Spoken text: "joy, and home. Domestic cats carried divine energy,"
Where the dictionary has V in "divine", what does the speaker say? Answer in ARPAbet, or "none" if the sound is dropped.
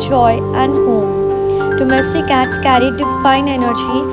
F